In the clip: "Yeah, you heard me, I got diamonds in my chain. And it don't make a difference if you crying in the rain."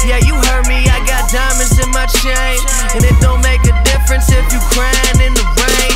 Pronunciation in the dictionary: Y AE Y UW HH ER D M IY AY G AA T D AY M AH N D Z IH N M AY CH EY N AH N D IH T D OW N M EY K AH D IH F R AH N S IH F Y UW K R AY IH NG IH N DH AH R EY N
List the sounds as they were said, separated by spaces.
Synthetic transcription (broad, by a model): Y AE Y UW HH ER M IY AY G AA T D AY M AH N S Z IH N M AY SH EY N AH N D IH T D OW N M EY K AH D IH F R AH N S IH F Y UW K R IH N IH N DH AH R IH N